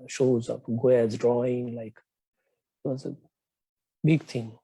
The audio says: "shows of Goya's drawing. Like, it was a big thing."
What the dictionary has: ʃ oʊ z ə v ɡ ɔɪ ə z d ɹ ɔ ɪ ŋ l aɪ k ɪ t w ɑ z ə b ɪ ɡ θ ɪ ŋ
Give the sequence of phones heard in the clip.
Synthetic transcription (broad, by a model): ʃ oʊ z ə p ɡ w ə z d ɹ ɔ ɪ ŋ l aɪ k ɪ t w ɑ z ə b ɪ ɡ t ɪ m